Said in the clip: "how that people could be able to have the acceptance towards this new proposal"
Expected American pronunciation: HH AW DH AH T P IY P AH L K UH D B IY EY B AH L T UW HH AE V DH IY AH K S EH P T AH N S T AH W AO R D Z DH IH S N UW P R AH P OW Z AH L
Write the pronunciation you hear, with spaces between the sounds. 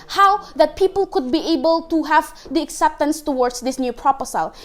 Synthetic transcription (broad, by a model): HH AW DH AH T P IY P AH L K UH D B IY EY B AH L T UW HH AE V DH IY AH K S EH P T AH N S T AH W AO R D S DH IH S N UW P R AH P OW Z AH L